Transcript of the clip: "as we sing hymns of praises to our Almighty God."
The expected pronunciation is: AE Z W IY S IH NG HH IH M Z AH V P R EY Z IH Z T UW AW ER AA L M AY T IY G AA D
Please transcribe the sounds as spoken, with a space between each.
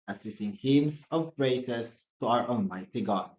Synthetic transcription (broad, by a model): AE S W IY S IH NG HH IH M S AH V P R EY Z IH S T UW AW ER AA L M AY T IY G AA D